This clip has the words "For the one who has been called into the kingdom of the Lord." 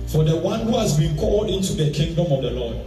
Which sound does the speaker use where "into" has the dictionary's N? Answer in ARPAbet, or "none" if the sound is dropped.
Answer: N